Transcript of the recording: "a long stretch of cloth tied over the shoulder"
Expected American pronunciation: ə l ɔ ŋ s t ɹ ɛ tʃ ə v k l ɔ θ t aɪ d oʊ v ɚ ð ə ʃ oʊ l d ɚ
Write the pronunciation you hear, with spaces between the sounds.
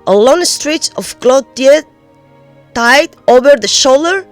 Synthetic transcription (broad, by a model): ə l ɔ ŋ s t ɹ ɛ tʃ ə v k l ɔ t t aɪ d oʊ v ɚ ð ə ʃ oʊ l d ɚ